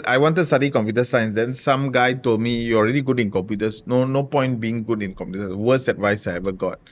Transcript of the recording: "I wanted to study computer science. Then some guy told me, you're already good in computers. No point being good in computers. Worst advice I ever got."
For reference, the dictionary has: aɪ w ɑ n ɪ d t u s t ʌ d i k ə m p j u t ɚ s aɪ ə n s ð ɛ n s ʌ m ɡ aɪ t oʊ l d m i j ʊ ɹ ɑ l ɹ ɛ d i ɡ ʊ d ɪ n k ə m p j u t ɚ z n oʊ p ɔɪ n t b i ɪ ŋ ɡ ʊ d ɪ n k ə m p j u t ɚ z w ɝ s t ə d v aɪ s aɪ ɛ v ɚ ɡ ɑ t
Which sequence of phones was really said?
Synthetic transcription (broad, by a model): aɪ w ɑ n t u s t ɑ d i k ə m p j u t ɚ s aɪ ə n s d ɛ n s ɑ m ɡ aɪ t oʊ l d m i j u ɑ l ɹ ɛ d i ɡ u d ɪ n k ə m p j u t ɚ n n oʊ p ɔɪ n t b i ɪ ŋ ɡ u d ɪ n k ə m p j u t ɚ w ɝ s ə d v aɪ s aɪ ɛ v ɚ ɡ ɑ t